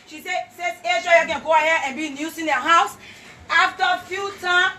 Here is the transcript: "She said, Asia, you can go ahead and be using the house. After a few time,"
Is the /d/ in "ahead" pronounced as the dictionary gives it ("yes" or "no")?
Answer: no